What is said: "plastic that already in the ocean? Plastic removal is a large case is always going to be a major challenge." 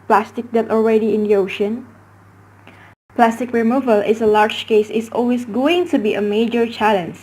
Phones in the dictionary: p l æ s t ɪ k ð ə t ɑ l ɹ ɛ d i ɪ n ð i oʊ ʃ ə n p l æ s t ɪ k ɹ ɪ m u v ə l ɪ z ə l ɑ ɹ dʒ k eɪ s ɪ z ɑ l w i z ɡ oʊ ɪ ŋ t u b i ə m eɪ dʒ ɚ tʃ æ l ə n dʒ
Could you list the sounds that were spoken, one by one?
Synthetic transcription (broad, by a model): p l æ s t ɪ k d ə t ɑ l ɹ ɛ d i ɪ n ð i oʊ ʃ ə n p l æ s t ɪ k ɹ ɪ m u v ə l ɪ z ə l ɑ ɹ dʒ k eɪ s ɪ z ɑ l w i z ɡ oʊ ɪ ŋ t u b i ə m eɪ dʒ ɚ tʃ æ l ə n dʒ